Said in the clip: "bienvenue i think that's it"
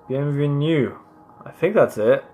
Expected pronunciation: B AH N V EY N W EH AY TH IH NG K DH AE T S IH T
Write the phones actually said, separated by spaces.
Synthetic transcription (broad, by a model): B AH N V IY N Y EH AY TH IH NG K DH AE T S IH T